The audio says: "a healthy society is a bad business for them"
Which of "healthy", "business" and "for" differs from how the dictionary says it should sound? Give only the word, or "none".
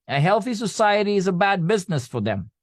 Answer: none